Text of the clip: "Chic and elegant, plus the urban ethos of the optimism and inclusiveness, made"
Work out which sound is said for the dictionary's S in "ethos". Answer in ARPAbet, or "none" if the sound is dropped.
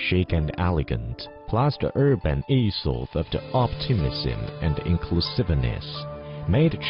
TH